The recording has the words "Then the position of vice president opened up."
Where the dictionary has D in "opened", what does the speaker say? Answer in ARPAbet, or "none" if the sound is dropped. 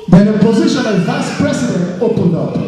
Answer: D